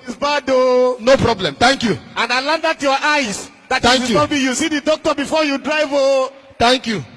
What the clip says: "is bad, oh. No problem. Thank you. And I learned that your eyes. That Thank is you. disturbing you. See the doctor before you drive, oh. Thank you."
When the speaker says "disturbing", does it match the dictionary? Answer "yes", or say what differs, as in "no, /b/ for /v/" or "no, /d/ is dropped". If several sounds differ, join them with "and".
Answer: no, /s/ is dropped